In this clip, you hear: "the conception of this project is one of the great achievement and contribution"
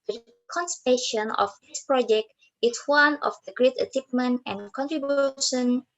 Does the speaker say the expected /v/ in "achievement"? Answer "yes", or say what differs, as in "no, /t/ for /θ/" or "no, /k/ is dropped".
no, /p/ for /v/